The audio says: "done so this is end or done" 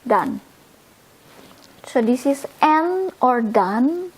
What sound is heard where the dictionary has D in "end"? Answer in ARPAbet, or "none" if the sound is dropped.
none